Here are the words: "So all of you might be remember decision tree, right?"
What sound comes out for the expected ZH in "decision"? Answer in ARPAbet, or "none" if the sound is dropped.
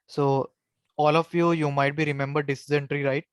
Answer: Z